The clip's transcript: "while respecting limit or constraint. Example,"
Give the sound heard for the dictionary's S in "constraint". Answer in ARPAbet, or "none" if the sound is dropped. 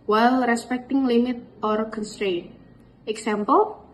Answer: S